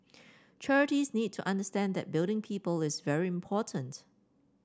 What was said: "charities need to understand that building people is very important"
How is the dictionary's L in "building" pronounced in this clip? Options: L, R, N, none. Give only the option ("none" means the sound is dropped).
L